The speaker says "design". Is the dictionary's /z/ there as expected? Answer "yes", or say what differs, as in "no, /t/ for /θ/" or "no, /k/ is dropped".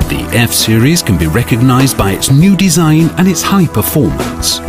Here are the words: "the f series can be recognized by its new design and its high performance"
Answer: yes